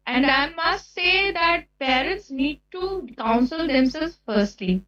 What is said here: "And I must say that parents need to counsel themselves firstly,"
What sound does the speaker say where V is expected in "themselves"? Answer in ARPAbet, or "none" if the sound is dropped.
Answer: none